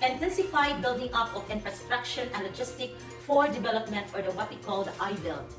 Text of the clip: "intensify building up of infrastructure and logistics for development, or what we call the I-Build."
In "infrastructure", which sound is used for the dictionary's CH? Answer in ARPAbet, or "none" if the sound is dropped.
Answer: SH